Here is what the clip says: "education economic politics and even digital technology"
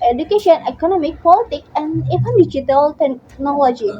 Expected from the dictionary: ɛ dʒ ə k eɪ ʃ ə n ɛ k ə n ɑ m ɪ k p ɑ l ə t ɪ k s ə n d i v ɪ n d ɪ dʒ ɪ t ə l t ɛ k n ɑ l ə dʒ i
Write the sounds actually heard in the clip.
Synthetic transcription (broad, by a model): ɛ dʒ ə k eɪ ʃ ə n ɛ k ə n ɑ m ɪ k p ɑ l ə t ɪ k ə n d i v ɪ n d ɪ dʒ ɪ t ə l t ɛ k n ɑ l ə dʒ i